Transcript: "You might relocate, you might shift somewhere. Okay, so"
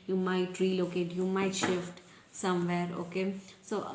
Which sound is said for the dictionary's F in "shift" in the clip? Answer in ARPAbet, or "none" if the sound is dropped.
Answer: F